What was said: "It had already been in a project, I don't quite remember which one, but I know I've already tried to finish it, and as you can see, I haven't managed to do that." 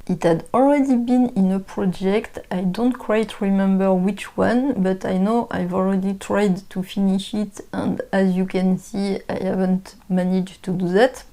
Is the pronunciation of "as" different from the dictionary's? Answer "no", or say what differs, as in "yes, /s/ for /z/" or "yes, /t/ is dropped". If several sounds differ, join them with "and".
no